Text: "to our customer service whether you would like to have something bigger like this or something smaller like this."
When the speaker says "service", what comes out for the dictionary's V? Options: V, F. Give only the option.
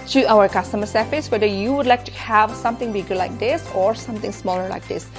F